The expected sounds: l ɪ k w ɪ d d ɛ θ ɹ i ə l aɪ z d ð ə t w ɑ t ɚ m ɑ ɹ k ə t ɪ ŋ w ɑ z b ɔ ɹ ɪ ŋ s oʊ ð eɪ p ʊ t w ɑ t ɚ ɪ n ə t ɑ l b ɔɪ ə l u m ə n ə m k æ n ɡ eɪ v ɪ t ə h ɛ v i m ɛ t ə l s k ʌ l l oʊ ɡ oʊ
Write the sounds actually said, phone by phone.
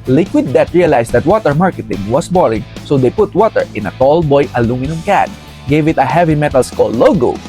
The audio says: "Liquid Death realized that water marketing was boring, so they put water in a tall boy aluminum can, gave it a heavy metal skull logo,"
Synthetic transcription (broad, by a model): l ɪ k w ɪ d d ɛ t ɹ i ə l aɪ s d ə t w ɑ t ɚ m ɑ ɹ k ə t ɪ ŋ w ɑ s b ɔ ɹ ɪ ŋ s oʊ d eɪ p ʊ t w ɑ t ɚ ɪ n ə t ɑ l b ɔɪ ə l u m ə n ə m k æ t ɡ eɪ v ɪ t ə h ɛ v i m ɛ t ə l s k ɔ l l oʊ ɡ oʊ